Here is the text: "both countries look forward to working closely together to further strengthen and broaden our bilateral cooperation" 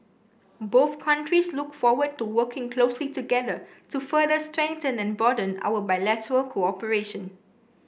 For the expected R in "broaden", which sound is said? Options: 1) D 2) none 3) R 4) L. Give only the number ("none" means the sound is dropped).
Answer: 2